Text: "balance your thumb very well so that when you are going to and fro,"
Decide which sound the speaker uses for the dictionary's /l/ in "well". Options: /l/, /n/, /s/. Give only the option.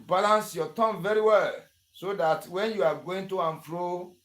/l/